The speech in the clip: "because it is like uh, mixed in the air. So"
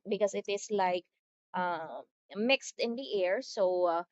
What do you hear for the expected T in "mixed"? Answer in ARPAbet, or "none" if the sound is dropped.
T